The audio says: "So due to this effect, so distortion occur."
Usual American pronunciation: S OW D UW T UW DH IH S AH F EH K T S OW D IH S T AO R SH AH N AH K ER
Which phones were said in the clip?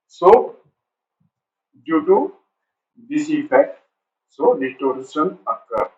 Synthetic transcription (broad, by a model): S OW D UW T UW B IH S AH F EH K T S OW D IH T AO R S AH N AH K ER